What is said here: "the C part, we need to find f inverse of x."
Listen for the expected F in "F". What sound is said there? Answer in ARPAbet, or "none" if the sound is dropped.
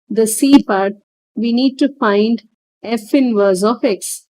F